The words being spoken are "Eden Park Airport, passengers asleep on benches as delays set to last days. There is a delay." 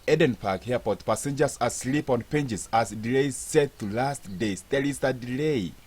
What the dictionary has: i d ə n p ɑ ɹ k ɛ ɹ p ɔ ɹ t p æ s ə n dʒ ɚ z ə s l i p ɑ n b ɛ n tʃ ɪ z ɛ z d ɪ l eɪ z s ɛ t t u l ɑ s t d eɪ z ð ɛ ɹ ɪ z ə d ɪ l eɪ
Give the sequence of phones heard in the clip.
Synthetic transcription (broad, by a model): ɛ d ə n p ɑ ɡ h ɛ p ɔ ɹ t p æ s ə n dʒ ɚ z ə s l i p ɑ n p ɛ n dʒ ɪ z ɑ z d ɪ l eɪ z s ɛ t t u l ɑ s t d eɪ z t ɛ l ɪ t ə d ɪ l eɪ